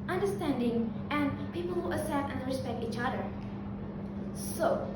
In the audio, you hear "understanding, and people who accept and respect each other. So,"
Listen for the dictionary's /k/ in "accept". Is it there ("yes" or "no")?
no